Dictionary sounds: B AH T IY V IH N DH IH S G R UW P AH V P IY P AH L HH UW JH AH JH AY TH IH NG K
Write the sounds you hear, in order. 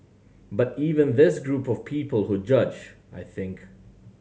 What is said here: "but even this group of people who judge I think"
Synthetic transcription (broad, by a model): B AH T IY V IH N DH IH S G R UW P AH V P IY P AH L HH UW JH AH JH AY TH IH NG K